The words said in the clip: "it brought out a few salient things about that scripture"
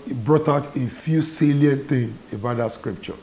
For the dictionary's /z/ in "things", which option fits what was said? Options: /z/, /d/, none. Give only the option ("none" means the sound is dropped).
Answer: none